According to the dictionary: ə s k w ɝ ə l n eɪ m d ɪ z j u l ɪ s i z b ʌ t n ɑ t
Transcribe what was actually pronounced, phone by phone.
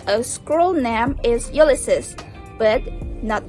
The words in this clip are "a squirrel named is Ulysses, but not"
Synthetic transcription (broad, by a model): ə s k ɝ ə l n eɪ m ɪ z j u l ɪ s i s b ʌ t n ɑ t